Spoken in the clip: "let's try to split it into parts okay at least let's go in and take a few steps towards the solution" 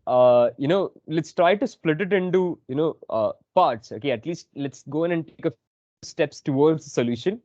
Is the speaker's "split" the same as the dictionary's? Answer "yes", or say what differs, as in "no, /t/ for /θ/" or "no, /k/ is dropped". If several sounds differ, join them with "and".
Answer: yes